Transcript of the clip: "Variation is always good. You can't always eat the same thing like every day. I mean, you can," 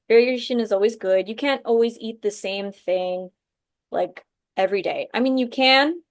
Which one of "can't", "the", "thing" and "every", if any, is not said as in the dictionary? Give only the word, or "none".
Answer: none